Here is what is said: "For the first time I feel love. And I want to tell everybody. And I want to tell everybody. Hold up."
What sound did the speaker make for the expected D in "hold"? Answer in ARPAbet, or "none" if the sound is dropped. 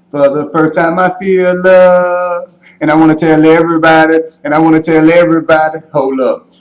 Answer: none